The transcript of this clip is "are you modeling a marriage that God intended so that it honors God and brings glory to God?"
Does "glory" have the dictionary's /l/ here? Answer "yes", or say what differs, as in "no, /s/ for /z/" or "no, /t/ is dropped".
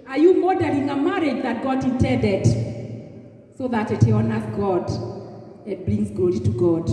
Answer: no, /l/ is dropped